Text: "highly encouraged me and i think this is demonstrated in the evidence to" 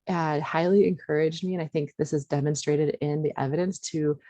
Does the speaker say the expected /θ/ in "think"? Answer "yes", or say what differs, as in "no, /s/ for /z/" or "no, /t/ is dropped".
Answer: yes